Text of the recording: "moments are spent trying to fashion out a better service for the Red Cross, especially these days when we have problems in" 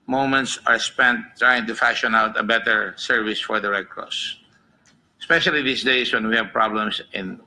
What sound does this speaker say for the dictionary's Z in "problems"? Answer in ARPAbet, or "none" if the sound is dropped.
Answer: S